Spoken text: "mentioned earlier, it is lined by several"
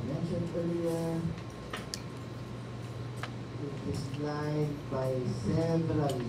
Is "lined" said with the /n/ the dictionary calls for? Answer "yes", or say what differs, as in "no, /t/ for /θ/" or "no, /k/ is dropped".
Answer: no, /n/ is dropped